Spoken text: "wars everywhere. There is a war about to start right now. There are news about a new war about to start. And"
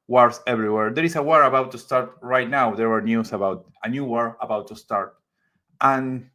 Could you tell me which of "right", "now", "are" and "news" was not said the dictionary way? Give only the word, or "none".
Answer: news